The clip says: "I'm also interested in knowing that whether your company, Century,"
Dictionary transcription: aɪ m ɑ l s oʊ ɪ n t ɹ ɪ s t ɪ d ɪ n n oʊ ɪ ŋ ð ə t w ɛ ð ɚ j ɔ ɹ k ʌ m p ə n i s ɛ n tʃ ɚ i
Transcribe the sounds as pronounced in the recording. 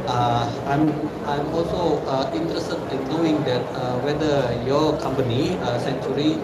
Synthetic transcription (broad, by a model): aɪ m ɑ l s oʊ ɪ n t ɹ ɪ s t ɪ d ɪ n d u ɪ ŋ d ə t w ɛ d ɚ j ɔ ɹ k ʌ m p ə n i s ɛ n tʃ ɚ i